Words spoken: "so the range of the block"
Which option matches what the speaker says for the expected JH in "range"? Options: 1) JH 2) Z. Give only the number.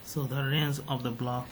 2